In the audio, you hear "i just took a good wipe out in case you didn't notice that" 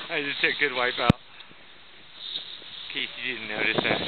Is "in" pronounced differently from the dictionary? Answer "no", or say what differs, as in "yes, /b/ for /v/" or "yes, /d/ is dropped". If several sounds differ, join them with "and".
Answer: yes, /l/ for /n/